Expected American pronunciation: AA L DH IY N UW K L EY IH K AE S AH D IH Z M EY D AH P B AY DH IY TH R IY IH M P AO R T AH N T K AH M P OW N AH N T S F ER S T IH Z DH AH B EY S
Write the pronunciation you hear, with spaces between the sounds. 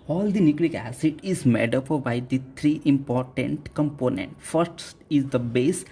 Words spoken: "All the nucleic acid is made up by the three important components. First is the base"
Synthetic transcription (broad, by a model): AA L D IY N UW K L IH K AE S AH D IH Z M EY D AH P B AY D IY T R IY IH M P AO R T AH N T K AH M P OW N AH N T F ER S T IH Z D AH B EY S